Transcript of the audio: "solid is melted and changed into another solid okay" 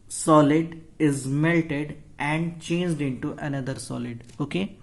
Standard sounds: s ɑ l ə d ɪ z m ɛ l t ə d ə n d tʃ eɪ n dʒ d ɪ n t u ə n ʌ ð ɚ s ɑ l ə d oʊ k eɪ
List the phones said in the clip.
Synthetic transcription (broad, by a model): s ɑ l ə d ɪ z m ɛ l t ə d ə n d tʃ eɪ n dʒ d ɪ n t u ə n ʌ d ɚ s ɑ l ə d oʊ k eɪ